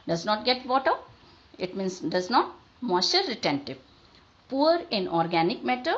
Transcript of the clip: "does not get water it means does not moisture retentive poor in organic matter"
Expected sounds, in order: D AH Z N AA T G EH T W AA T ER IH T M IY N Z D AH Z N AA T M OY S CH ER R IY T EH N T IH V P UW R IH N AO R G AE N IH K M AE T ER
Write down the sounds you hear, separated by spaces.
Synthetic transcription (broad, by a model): D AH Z N AA T G EH T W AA T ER IH T M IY N S D AH Z N AA T M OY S ER R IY T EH N T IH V P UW R IH N AO R G AE N IH K M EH T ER